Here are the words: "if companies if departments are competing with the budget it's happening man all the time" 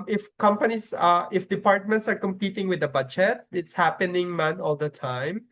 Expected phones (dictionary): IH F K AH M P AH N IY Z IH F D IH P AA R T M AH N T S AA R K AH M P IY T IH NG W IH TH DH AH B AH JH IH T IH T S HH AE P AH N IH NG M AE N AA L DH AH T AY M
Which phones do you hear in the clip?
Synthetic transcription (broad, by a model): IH F K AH M P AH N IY S IH F D IH P AA R T M AH N T S AA R K AH M P IY T IH NG W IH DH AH B AH JH IH T IH T S HH AE P AH N IH NG M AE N AA L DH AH T AY M